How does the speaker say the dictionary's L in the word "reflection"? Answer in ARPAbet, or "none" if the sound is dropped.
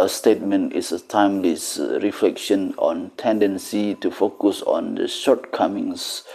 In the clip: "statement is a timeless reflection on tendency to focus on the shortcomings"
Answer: L